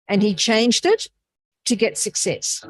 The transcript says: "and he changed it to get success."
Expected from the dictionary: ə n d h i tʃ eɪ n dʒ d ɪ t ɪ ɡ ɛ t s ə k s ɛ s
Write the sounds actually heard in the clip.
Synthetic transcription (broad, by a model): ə n i tʃ eɪ n dʒ d ɪ t ɪ ɡ ɛ t s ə k s ɛ s